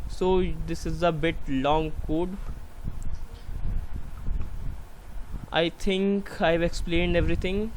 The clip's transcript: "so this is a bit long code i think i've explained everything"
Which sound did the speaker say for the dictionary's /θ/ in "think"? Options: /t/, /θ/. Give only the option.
/t/